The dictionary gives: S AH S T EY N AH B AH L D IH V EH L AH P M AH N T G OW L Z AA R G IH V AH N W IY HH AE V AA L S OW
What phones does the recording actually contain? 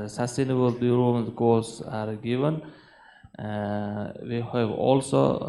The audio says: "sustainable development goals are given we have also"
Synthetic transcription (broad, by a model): S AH S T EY N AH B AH L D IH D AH M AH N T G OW Z AA R G IH V AH N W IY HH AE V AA L S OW